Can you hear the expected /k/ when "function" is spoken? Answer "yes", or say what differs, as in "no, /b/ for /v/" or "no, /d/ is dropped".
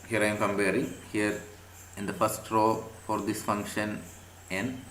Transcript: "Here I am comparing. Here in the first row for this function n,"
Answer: yes